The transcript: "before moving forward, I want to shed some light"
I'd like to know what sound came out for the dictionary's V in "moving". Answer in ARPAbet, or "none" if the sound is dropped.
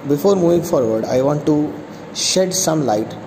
V